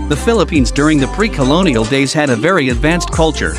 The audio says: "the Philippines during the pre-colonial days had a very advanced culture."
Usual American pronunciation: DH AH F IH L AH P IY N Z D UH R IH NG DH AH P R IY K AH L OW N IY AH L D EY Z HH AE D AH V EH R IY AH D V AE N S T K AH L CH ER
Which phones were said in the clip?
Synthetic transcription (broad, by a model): DH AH F IH L AH P IY N Z D UH R IH NG DH AH P R IY K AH L OW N IY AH L D EY Z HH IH D AH V EH R IY AH D V AE N S T K AH L CH ER